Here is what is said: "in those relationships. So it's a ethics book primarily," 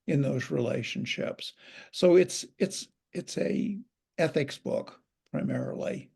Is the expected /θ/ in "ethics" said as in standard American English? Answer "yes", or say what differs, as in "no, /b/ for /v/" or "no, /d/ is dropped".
yes